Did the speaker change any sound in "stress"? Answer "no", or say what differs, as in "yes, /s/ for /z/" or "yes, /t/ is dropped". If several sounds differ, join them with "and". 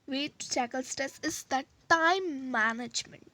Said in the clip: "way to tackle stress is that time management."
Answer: yes, /ɹ/ is dropped